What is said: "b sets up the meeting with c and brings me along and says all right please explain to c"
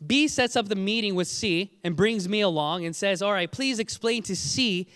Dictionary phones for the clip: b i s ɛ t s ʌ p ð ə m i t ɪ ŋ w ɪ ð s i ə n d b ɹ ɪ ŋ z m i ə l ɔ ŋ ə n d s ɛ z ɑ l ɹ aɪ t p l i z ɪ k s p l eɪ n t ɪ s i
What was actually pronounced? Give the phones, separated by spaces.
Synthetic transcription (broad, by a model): b i s ɛ t s ʌ p ð ə m i t ɪ ŋ w ɪ ð s i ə n b ɹ ɪ ŋ z m i ə l ɔ ŋ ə n s ɛ z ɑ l ɹ aɪ t p l i z ɪ k s p l eɪ n t ɪ s i